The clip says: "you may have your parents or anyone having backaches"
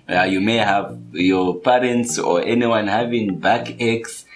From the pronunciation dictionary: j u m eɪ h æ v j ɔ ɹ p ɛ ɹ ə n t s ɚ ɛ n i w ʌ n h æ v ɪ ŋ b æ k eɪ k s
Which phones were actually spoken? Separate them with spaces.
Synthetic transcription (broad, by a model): j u m eɪ h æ v j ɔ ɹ p ɛ ɹ ə n t s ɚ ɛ n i w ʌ n h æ v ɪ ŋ b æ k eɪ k s